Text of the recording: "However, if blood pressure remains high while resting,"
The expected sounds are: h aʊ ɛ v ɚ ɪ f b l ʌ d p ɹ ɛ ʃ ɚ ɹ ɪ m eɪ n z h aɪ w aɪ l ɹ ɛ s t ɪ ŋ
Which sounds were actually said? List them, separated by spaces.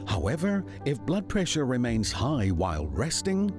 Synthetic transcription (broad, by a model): h aʊ ɛ v ɚ ɪ f b l ʌ d p ɹ ɛ ʃ ɚ ɹ ɪ m eɪ n z h aɪ w aɪ l ɹ ɛ s t ɪ ŋ